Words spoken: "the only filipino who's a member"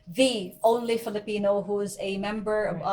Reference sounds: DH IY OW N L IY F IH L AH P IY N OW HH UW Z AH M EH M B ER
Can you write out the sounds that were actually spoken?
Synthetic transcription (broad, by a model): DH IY OW N L IY F IH L AH P IY N OW HH UW Z AH M EH M B ER